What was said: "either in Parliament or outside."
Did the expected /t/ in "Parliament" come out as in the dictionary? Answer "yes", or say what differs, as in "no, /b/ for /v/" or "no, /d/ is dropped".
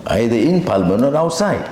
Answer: no, /t/ is dropped